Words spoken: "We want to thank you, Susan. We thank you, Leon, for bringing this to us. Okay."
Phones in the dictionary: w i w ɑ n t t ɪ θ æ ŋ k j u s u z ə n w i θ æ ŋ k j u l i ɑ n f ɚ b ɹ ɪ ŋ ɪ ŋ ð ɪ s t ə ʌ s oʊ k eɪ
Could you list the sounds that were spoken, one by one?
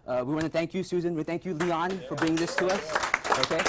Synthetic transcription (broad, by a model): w i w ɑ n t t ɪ θ æ ŋ k j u s u z ə n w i θ æ ŋ k j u l i ɑ n f ɚ b i ɪ ŋ ð ɪ s t ə ʌ s oʊ k eɪ